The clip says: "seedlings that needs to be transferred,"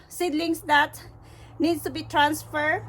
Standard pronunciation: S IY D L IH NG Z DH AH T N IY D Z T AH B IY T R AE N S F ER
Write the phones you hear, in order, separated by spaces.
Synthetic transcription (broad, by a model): S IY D L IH NG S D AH T N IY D S T AH B IY T R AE N S F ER